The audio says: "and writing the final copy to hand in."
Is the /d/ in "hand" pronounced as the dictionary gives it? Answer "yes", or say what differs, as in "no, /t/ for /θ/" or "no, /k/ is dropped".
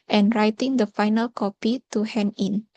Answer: no, /d/ is dropped